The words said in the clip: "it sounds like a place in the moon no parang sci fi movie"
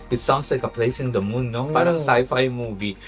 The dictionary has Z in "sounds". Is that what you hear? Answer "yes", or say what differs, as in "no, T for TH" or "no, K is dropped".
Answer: no, S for Z